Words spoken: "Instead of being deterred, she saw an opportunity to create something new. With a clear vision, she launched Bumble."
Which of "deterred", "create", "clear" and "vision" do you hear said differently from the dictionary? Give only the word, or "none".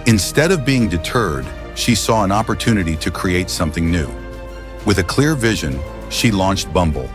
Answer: none